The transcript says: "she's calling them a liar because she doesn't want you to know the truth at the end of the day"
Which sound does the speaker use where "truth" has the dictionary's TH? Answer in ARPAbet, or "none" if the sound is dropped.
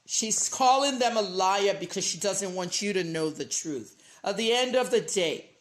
TH